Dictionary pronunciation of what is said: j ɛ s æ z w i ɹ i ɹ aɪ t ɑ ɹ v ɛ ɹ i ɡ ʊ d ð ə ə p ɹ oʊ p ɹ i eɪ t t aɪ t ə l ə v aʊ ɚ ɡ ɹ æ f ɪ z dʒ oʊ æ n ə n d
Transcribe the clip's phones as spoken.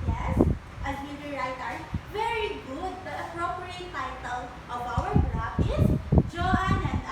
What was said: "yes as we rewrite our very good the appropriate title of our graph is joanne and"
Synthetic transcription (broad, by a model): j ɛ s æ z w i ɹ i ɹ aɪ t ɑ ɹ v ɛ ɹ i ɡ ʊ d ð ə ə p ɹ oʊ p ɹ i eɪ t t aɪ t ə l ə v aʊ ɚ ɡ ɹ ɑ p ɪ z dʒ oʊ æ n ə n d